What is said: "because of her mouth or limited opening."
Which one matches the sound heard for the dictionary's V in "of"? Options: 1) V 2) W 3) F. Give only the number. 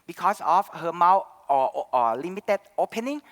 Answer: 3